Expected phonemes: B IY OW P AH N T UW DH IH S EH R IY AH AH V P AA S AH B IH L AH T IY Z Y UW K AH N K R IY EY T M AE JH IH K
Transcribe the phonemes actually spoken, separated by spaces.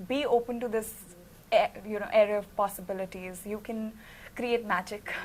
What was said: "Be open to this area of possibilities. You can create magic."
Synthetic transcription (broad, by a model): B IY OW P AH N T UW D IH S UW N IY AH AH V P AA S AH B IH L AH T IY Z Y UW K AH N K R IY EY T M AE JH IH K